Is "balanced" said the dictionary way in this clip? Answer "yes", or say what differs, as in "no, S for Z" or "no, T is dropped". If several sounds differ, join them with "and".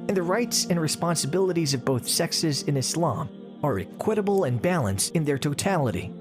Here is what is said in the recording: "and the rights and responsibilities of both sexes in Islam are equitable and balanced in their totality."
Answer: yes